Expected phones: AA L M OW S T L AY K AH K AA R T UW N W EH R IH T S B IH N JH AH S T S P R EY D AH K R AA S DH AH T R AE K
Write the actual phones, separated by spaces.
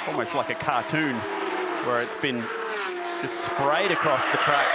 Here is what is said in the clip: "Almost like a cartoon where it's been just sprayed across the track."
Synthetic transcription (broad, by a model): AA L M OW S T L AY K AH K AA R T UW N W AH R IH T S B IH N JH AH S T S P R EY D AH K R AA S DH AH T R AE